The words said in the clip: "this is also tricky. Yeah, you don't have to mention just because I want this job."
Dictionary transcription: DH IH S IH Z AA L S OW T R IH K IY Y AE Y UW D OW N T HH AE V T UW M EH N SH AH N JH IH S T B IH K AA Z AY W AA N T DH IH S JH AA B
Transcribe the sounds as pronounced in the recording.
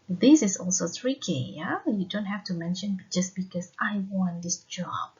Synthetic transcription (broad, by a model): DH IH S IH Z AA L S OW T R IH K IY Y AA Y UW D OW N T HH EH F T UW M EH N SH AH N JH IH S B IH K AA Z AY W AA N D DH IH S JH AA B